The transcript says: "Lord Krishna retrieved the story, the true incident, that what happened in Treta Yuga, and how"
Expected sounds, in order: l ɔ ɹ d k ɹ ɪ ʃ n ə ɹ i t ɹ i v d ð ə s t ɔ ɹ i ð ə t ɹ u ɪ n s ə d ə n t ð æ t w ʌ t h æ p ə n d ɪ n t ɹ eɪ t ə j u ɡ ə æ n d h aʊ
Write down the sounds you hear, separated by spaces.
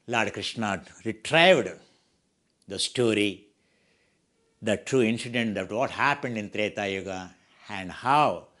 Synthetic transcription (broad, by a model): l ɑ ɹ d k ɹ ɪ ʃ n ə ɹ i t ɹ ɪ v d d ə s t ɔ ɹ i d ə t ɹ u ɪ n s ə d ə n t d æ t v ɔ t h æ p ə n d ɪ n t ɹ eɪ t ə j u ɡ ə æ n d h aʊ